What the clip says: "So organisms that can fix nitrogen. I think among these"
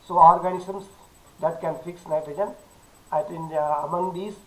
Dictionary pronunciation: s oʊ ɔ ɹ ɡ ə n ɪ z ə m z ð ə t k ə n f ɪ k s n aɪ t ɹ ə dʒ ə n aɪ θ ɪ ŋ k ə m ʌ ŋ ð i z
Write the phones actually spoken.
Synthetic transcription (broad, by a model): s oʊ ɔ ɹ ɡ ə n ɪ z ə m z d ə t k ə n f ɪ k s n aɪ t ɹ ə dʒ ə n aɪ t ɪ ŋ ə m ʌ ŋ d i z